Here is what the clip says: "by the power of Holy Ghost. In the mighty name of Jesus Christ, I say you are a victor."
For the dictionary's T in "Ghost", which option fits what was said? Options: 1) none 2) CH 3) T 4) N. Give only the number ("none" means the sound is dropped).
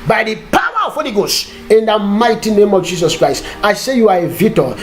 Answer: 1